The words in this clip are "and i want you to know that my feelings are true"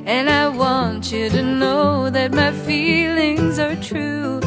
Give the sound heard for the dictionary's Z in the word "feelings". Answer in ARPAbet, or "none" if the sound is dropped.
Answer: Z